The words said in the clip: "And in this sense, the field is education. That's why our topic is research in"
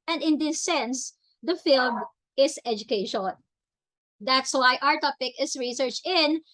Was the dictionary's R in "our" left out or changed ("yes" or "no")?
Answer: no